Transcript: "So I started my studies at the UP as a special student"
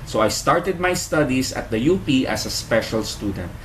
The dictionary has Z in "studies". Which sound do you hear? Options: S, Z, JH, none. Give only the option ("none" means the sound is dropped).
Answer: S